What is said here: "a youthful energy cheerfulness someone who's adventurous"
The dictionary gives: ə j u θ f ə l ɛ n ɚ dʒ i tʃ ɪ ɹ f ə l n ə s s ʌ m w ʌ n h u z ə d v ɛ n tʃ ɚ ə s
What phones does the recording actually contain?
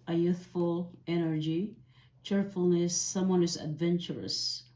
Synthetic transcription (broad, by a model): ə j u θ f ə l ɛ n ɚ dʒ i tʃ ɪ ɹ f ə l n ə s s ʌ m w ʌ n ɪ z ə d v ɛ n tʃ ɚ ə s